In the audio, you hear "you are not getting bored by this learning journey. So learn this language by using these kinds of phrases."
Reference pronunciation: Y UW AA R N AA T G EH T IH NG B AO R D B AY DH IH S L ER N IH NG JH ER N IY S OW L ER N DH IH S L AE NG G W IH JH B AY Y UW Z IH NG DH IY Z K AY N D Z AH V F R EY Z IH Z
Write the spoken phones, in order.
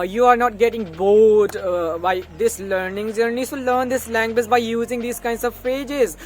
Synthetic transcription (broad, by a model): Y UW AA R N AA T G EH T IH NG B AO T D B AY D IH S L ER N IH NG Z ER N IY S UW L ER N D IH S L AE NG G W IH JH B AY Y UW Z IH NG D IY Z K AY N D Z AH V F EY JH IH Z